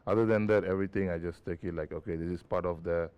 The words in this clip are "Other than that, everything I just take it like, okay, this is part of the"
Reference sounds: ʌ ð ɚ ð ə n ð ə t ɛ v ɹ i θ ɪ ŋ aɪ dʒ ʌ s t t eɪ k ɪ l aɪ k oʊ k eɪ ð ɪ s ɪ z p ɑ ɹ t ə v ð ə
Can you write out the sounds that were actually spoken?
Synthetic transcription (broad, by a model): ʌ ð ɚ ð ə n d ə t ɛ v ɹ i t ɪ ŋ aɪ dʒ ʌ s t t eɪ k ɪ l aɪ k oʊ k eɪ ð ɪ s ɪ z p ɑ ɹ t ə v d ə